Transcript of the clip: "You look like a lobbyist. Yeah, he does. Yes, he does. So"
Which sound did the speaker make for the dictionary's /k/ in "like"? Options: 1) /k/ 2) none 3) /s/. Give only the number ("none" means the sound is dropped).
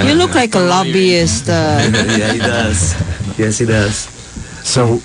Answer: 1